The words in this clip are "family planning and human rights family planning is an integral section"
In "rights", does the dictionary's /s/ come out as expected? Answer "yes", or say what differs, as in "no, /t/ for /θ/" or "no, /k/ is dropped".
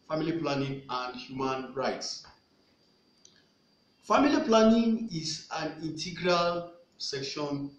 yes